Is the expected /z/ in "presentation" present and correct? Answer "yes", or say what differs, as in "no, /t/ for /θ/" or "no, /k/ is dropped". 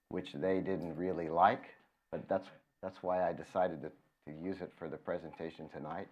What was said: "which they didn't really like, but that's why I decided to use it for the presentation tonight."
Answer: yes